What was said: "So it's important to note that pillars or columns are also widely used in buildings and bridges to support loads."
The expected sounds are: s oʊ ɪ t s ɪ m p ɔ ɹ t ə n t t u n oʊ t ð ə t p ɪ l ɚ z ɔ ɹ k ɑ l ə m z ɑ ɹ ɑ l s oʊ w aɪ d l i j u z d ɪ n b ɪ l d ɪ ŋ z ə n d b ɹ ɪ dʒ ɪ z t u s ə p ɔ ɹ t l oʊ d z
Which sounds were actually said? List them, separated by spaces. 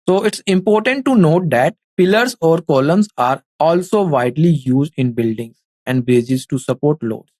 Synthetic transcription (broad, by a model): s oʊ ɪ t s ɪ m p ɔ ɹ t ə n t t u n oʊ t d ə t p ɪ l ɚ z ɔ ɹ k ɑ l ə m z ɑ ɹ ɑ l s oʊ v aɪ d l i j u z d ɪ n b ɪ l d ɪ ŋ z ə n d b ɛ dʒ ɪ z t u s ə p ɔ ɹ t l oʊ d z